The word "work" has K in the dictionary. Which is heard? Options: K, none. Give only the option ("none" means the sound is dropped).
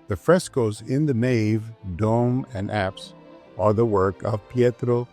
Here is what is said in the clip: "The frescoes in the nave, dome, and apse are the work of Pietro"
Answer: K